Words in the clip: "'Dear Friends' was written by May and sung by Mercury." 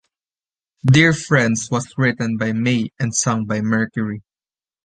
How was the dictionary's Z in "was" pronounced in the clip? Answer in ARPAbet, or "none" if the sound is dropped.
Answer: S